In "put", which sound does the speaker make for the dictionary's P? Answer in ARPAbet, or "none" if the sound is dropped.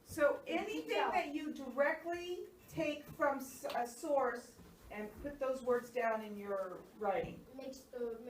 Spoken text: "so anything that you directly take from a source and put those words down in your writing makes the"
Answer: P